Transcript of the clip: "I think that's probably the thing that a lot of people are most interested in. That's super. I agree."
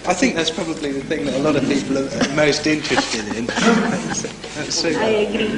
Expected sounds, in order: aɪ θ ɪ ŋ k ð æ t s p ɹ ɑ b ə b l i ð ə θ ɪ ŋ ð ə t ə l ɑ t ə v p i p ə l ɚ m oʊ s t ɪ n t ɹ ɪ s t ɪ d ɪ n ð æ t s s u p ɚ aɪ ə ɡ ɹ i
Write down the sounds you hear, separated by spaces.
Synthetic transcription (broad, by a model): aɪ θ ɪ ŋ k ð æ t s p ɹ ɑ b ə b l i ð ə θ ɪ ŋ ð ə t ə l ɑ t ə v p i p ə l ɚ m oʊ s t ɪ n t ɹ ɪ s t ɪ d ɪ n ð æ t s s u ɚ aɪ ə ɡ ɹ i